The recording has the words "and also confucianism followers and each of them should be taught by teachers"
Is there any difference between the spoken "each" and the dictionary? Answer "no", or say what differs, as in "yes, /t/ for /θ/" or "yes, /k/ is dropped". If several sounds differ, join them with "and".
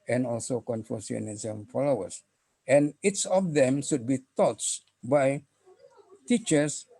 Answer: yes, /s/ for /tʃ/